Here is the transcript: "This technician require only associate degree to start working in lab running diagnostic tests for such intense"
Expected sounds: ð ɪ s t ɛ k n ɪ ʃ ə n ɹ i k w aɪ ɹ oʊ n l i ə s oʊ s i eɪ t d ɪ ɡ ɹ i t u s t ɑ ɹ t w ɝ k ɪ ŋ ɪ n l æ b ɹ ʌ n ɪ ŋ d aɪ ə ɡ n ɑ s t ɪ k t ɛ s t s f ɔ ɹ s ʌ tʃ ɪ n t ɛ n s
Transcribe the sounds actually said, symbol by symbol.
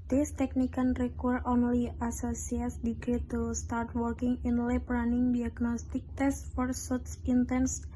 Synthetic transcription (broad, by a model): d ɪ s t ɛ k n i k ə n ɹ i k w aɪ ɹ oʊ n l i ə s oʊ s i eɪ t d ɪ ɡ ɹ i t u s t ɑ ɹ t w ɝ k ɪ ŋ ɪ n l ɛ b ɹ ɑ n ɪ ŋ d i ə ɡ n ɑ s t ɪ k t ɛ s s f ɔ ɹ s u s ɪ n t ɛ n s